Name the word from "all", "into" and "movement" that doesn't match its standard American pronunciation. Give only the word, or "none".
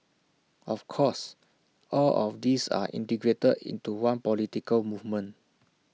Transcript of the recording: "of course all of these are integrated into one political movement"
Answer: movement